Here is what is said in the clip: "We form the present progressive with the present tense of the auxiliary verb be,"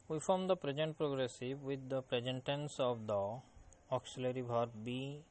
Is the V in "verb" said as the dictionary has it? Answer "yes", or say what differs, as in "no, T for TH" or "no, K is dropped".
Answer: no, B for V